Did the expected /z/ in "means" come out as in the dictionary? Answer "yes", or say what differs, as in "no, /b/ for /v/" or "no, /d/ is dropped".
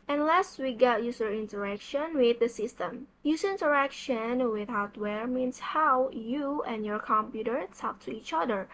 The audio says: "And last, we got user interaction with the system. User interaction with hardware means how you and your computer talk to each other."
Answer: no, /s/ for /z/